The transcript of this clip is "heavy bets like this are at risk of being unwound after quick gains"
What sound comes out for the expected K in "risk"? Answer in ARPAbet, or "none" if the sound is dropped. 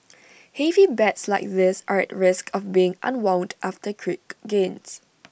K